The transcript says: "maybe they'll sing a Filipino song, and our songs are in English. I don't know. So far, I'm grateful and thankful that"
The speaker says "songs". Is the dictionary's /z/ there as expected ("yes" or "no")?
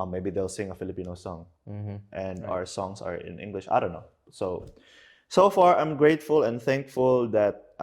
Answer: no